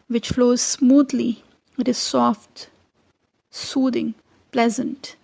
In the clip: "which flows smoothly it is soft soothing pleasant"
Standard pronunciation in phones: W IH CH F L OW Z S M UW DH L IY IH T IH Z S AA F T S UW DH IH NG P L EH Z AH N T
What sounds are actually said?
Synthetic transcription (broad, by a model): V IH CH F L OW Z S M UW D L IY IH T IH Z S AA F T S UW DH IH NG P L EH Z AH N T